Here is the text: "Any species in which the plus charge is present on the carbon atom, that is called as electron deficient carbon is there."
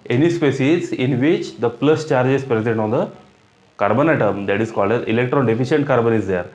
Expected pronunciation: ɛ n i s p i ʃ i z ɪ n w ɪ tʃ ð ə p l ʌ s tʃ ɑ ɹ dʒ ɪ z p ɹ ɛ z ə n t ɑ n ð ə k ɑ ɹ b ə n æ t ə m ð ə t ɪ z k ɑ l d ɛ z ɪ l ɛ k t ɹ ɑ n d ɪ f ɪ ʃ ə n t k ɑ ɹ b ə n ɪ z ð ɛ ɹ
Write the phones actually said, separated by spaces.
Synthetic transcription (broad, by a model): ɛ n i s p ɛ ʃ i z ɪ n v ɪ tʃ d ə p l ʌ s tʃ ɑ ɹ dʒ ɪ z p ɹ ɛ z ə n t ɑ n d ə k ɑ ɹ b ə n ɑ t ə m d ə t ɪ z k ɑ l d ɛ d ɪ l ɛ k t ɹ ɑ n d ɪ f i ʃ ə n t k ɑ ɹ b ə n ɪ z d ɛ ɹ